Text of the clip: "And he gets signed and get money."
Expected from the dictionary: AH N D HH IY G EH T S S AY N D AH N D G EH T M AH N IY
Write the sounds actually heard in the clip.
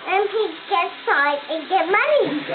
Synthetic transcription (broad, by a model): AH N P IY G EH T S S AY D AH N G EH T M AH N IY